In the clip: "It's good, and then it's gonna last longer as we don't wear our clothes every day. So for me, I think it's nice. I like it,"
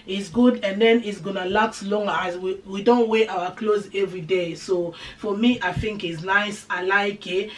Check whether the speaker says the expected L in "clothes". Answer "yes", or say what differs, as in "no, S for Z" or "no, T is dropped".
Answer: yes